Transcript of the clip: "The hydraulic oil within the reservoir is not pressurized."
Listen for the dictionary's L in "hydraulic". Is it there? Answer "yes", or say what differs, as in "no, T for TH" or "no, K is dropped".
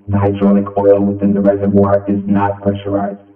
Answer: no, N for L